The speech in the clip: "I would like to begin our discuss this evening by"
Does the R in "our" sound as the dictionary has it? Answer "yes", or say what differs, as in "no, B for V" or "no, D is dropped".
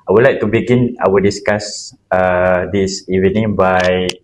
no, W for R